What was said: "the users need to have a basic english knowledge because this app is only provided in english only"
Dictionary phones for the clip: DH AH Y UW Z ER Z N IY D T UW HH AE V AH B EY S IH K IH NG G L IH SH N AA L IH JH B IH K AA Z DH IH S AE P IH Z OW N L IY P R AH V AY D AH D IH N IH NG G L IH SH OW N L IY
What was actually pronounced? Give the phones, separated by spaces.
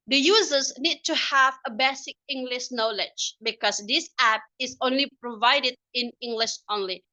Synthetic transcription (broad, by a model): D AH Y UW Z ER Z N IY D T UW HH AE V AH B EY S IH K IH NG G L IH SH N AA L IH JH B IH K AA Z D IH S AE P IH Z OW N L IY P R AH V AY D AH D IH N IH NG G L IH SH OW N L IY